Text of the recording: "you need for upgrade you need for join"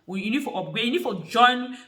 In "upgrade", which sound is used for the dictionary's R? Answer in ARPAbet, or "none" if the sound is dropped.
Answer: none